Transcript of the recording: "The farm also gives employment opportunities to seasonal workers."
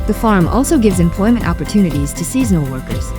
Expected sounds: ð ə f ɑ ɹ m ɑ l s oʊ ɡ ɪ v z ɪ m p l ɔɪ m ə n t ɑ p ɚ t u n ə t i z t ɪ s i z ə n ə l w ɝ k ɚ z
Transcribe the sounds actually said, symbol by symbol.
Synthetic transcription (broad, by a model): ð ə f ɑ ɹ m ɑ l s oʊ ɡ ɪ v z ɪ m p l ɔɪ m ə n t ɑ p ɚ t u n ə t i z t ɪ s i z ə n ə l w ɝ k ɚ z